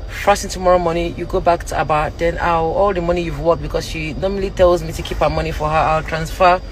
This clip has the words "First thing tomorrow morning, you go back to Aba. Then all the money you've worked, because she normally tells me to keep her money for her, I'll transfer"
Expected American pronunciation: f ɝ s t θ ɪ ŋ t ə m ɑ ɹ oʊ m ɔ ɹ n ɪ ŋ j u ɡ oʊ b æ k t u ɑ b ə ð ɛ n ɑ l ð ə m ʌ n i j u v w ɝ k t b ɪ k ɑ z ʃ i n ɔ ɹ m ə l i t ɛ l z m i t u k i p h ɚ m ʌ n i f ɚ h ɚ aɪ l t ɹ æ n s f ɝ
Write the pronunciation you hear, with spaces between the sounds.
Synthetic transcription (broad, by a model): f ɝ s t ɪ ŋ t ə m ɑ ɹ oʊ m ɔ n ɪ j u ɡ oʊ b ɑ k t u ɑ b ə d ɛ n ɑ l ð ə m ʌ n i j u v w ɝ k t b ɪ k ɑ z ʃ i n ɔ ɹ m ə l i t ɛ l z m i t u k i p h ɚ m ʌ n i f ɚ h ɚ aɪ l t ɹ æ n s f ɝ